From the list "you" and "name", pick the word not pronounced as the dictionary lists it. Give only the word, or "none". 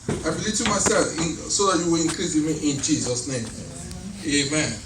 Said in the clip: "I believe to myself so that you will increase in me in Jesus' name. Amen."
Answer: none